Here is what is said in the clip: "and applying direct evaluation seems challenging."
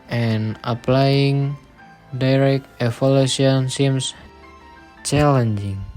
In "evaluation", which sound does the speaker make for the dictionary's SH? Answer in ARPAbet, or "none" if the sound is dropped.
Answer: none